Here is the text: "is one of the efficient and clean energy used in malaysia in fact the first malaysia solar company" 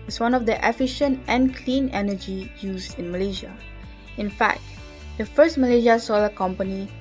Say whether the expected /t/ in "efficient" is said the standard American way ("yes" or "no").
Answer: yes